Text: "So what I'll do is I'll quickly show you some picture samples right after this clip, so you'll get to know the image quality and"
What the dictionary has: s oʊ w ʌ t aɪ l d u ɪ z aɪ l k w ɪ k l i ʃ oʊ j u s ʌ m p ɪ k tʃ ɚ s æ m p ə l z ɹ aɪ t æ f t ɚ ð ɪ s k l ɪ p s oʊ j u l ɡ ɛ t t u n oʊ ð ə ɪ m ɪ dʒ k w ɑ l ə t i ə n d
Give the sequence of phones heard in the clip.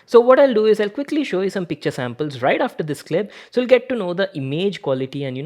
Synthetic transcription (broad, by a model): s oʊ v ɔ t aɪ l d u ɪ z aɪ l k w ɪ k l i ʃ oʊ j u s ʌ m p ɪ k tʃ ɚ s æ m p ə l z ɹ aɪ t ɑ f t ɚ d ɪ s k l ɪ b s oʊ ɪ l ɡ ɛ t t u n oʊ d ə ɪ m ɪ dʒ k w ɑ l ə t i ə n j